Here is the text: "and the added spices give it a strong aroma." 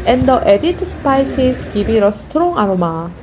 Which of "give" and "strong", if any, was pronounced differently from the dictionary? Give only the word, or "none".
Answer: give